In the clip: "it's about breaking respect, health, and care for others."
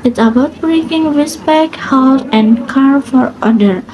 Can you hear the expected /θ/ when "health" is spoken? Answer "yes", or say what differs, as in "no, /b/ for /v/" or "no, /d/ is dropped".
no, /s/ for /θ/